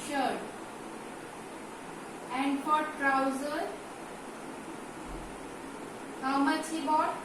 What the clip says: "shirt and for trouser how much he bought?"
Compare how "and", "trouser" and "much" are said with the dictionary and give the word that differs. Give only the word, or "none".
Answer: none